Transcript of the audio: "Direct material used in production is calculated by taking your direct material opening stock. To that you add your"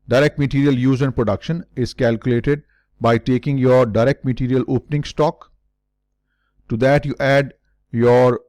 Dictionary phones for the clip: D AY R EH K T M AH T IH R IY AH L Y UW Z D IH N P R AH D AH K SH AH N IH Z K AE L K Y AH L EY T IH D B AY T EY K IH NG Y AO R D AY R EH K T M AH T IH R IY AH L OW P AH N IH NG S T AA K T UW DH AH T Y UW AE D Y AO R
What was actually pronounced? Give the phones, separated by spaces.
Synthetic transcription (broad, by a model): D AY R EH K T M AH T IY R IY AH L Y UW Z IH N P R AH D AH K SH AH N IH Z K AE L K Y AH L EY T IH D B AY T EY K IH NG Y AO R D AY R EH K T M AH T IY R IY AH L OW P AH N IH NG S T AA K T UW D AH T Y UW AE D Y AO R